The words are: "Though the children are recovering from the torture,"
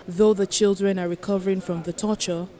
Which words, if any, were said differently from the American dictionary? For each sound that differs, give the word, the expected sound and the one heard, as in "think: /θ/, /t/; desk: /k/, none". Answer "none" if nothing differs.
none